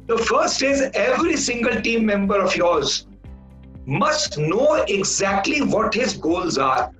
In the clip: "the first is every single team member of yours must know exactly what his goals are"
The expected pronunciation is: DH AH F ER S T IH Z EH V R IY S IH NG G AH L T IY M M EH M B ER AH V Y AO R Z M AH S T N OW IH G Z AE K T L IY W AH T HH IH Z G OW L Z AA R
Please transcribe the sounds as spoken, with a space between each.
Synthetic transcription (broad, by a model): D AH F ER S T IH Z EH V R IY S IH NG G AH L T IY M M EH M B ER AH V Y AO R Z M AH S T N OW IH G Z AE K T L IY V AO T HH IH Z G OW L Z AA R